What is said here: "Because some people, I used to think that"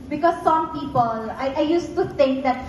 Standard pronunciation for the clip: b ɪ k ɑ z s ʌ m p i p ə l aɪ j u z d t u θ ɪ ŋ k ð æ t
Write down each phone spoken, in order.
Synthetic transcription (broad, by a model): b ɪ k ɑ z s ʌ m p i p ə l aɪ j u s t u t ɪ ŋ k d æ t